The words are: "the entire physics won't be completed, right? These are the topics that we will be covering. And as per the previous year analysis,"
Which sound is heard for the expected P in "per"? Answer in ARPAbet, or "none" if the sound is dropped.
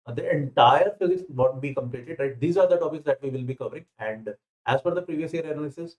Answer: F